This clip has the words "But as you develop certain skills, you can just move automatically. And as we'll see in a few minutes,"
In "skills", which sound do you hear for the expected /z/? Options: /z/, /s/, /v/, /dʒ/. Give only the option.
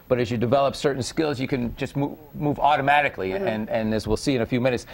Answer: /z/